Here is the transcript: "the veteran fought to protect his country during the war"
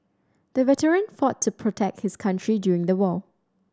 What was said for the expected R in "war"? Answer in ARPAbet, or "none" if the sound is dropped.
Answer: L